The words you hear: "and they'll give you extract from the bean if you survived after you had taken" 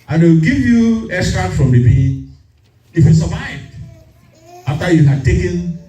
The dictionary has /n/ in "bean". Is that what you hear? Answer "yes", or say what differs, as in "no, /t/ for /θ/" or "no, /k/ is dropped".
no, /n/ is dropped